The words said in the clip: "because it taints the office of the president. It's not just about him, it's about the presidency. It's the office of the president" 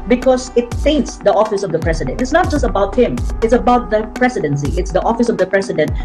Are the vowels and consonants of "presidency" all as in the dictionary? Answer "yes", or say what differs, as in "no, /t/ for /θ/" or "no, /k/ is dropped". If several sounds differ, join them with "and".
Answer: no, /s/ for /z/